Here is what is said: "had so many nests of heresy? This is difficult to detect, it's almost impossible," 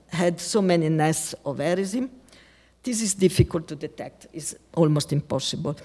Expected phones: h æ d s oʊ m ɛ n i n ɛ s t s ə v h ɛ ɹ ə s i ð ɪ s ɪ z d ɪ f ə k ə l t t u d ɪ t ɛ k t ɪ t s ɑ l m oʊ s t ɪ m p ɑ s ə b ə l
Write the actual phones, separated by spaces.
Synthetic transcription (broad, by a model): h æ d s oʊ m ɛ n i n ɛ s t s ə v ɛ ɹ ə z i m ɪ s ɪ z d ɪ f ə k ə l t t u d ɪ t ɛ k t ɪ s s ɑ l m oʊ s t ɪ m p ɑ s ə b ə l